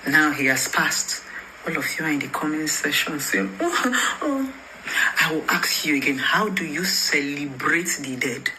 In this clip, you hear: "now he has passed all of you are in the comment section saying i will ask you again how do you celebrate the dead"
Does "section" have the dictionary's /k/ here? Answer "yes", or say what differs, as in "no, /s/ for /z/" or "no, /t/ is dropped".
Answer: no, /k/ is dropped